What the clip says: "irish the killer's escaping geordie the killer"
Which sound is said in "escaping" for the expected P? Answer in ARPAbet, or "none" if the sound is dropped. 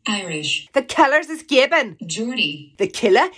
B